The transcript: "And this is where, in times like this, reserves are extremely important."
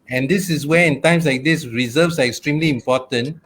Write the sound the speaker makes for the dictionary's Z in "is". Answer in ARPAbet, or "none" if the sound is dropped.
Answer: S